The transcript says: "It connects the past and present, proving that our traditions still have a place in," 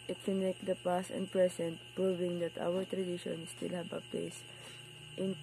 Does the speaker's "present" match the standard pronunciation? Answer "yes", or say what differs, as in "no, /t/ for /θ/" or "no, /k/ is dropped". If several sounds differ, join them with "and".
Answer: no, /s/ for /z/